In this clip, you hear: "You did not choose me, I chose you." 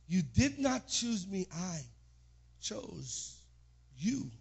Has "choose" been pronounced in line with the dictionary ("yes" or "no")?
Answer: yes